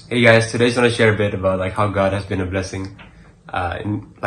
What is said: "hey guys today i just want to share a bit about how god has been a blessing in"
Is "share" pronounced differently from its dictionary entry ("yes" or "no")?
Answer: no